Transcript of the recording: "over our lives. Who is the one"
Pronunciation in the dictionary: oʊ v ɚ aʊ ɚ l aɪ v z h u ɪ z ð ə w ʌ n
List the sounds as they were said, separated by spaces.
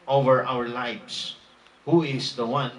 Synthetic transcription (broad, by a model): oʊ v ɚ aʊ ɚ l aɪ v s h u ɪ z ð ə w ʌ n